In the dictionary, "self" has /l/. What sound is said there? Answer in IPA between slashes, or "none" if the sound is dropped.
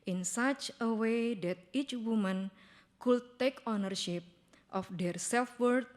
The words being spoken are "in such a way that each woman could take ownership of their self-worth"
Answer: /l/